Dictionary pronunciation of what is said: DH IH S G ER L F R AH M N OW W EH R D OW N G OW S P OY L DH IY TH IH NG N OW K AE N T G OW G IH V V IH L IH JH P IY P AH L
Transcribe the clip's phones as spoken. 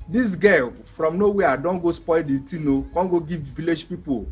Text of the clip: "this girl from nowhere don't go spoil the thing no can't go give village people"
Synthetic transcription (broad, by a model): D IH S G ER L F R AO M N OW W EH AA D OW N G OW S P OY L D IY T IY N OW K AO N G OW G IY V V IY L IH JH P IY P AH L